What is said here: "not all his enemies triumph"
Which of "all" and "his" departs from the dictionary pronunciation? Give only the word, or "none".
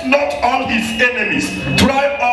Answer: all